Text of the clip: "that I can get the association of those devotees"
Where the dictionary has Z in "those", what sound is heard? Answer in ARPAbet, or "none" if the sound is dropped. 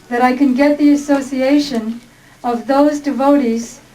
Z